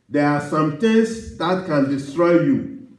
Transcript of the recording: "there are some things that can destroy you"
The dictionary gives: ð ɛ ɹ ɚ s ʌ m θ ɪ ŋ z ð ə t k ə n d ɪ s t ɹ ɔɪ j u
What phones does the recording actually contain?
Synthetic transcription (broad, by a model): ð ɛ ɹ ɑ s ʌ m t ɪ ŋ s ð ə t k ə n d ɪ s t ɹ ɔɪ j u